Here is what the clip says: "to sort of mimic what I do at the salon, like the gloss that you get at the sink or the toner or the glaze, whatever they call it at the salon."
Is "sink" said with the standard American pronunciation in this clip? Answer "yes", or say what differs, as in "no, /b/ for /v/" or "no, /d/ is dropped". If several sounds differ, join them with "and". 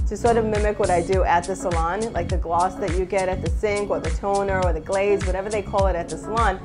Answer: yes